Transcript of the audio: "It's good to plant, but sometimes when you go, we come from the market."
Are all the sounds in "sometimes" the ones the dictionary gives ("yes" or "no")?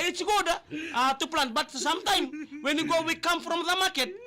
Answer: no